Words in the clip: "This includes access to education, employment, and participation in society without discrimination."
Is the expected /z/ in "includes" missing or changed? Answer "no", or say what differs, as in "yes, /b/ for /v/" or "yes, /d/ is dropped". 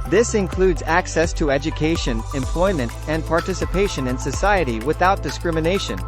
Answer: no